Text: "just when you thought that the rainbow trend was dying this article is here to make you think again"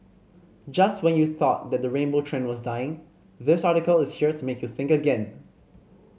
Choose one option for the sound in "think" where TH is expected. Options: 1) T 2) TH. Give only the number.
2